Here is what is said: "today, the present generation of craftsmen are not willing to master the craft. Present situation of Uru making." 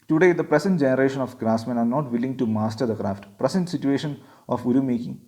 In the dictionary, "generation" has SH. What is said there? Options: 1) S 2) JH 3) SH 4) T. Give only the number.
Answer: 3